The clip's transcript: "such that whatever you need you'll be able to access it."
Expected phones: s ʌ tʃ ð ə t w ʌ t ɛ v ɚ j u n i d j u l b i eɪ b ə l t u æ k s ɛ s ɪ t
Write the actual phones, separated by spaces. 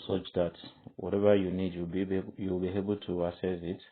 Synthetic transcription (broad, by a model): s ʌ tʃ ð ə t w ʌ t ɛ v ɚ j u n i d j u l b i eɪ b ə l t u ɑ s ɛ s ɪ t